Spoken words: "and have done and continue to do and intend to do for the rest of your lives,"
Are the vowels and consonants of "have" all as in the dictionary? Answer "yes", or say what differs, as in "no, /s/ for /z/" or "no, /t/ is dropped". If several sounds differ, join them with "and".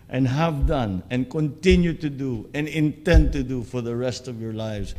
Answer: yes